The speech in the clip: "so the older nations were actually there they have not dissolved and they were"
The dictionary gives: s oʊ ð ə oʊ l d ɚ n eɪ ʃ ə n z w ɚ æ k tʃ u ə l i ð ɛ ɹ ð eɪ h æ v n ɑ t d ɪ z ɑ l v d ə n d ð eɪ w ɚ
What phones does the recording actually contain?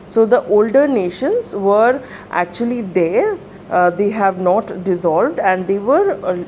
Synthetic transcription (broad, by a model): s oʊ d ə oʊ l d ɚ n eɪ ʃ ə n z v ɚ æ k tʃ u ə l i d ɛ ɹ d eɪ h æ v n ɑ t d ɪ z ɑ l v d ə n d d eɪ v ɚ